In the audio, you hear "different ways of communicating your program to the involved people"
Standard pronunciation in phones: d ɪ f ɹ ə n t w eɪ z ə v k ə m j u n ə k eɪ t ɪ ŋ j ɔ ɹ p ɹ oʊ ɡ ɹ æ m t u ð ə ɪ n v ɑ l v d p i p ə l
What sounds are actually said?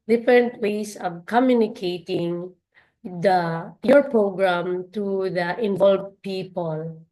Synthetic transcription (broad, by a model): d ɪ f ɹ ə n t w eɪ s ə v k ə m j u n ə k eɪ t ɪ ŋ j ɔ ɹ p ɹ oʊ ɡ ɹ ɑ m t u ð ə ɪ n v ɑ l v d p i p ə l